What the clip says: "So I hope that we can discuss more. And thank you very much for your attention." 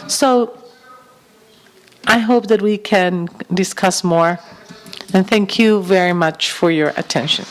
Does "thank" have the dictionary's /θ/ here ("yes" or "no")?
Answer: yes